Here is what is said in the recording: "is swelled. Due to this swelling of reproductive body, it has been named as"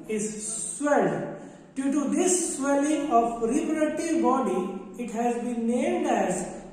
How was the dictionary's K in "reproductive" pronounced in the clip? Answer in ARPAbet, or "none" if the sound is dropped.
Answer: none